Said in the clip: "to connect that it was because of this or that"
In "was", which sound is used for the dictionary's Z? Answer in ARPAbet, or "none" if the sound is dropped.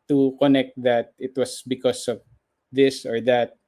S